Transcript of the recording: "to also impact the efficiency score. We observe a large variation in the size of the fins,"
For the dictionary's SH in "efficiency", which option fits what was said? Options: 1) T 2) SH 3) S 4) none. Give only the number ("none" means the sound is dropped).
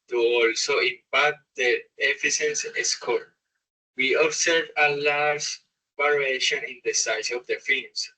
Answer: 3